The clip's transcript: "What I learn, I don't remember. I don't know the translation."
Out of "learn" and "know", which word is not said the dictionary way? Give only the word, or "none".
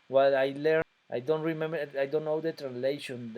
learn